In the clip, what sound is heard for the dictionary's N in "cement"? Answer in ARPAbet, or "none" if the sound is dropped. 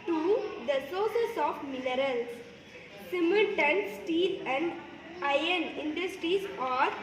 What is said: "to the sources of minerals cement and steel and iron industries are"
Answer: L